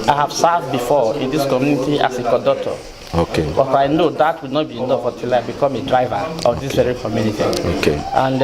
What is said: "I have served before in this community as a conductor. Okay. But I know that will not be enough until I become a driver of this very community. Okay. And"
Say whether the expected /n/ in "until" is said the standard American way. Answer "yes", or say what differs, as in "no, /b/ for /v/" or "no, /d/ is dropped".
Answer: no, /n/ is dropped